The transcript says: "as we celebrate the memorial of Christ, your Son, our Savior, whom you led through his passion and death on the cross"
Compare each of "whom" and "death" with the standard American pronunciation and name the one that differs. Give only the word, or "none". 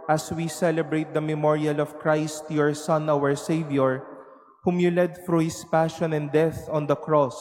none